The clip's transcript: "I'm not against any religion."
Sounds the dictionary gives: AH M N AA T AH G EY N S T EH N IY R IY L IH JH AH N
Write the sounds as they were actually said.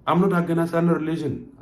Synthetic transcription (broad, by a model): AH M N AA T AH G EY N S AA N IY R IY L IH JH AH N